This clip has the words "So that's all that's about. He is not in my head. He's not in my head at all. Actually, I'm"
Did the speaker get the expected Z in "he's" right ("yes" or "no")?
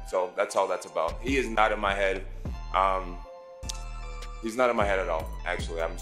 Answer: yes